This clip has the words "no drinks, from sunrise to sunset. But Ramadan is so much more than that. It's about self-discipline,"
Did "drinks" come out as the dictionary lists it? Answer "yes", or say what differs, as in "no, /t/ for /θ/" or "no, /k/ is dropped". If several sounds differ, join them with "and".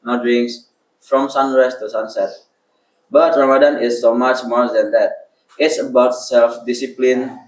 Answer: no, /k/ is dropped